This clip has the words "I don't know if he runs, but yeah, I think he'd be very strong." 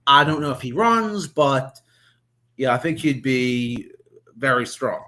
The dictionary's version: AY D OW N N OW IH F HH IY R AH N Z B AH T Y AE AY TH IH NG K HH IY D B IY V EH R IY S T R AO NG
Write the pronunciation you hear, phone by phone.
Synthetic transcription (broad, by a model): AY D OW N N OW IH F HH IY R AH N Z B AH T Y AE AY TH IH NG K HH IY D B IY V EH R IY S T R AO NG